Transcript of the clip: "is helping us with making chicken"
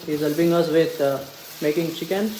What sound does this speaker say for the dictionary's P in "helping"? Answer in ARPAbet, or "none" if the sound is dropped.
B